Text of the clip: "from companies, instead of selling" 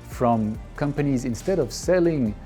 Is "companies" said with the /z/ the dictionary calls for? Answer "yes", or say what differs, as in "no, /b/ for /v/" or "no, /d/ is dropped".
yes